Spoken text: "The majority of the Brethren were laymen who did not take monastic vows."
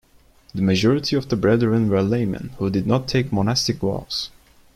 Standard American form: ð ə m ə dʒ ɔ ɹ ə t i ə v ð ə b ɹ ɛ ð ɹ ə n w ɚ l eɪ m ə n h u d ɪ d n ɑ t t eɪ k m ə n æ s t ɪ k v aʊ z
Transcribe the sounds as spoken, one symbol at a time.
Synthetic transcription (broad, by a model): ð ə m ə dʒ ɔ ɹ ə t i ə v ð ə b ɹ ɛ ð ɹ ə n w ɚ l eɪ m ə n h u d ɪ d n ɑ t t eɪ k m ə n æ s t ɪ k w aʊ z